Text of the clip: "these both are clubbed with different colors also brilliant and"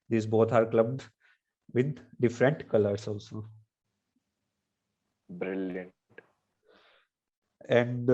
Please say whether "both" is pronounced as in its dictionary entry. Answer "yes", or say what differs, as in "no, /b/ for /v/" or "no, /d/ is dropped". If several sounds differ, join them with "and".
no, /t/ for /θ/